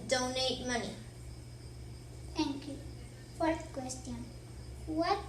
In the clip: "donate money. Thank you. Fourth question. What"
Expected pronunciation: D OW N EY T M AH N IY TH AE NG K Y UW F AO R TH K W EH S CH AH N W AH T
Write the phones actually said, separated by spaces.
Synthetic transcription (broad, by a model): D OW N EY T M AH N IY T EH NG K Y UW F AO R T K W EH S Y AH N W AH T